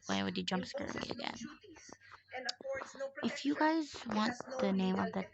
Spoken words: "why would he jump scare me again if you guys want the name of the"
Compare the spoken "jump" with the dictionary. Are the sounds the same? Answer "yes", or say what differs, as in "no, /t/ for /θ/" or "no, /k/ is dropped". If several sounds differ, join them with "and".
yes